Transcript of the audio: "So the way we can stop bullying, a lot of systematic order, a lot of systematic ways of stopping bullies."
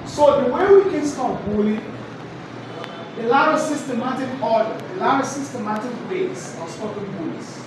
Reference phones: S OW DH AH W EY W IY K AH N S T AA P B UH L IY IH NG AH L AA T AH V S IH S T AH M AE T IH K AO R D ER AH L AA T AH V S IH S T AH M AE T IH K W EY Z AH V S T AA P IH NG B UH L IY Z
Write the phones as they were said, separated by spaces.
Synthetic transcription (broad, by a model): S OW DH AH W EY W IY K AH N S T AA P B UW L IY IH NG AH L AA T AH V S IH S T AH M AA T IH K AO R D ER AH L AA T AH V S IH S T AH M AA T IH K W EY S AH S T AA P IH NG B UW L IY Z